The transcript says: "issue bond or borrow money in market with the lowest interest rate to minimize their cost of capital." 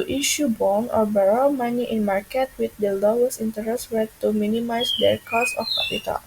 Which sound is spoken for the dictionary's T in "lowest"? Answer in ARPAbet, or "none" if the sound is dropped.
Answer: none